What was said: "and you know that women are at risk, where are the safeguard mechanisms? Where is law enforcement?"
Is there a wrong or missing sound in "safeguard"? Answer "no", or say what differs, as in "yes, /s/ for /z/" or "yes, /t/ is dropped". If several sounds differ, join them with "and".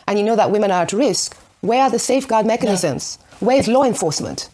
no